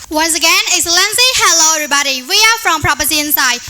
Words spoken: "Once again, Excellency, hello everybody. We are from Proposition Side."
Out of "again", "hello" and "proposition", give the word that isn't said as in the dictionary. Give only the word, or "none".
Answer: proposition